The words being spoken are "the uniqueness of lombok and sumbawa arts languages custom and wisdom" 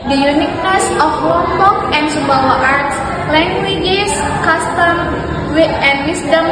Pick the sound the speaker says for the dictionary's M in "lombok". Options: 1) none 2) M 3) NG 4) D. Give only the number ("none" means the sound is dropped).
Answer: 1